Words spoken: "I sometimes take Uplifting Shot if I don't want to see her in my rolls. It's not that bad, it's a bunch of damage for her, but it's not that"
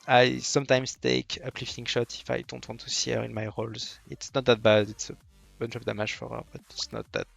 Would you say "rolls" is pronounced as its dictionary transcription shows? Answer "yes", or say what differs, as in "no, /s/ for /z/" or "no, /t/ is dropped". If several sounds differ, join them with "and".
yes